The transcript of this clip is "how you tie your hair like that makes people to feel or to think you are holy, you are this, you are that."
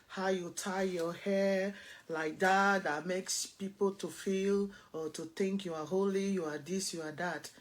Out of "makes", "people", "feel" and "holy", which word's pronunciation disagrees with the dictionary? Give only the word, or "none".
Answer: none